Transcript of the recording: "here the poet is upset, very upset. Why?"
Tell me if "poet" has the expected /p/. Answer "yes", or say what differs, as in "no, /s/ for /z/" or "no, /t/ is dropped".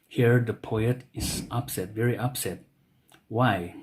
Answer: yes